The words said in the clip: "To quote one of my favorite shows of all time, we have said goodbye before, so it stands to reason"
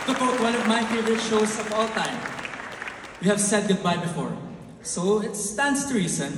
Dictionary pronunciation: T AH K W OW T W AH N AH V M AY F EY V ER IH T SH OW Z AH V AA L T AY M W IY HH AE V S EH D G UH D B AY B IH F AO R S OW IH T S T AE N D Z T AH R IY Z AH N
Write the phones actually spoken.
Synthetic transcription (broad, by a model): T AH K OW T W AH N AH V M AY F EY V ER IH T SH OW S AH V AA L T AY M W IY HH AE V S EH D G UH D B AY B IH F AO R S OW IH T S T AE N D S T AH R IY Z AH N